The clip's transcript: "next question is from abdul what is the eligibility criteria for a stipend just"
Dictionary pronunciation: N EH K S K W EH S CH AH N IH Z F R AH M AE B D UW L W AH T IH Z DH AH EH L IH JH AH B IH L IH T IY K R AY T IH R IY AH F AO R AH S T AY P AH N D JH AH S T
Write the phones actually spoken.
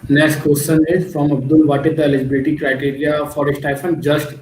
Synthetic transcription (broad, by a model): N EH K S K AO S S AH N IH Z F R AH M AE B D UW L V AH T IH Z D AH EH L IH JH AH B IH L IH T IY K R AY T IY R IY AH F AO R AH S T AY F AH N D JH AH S T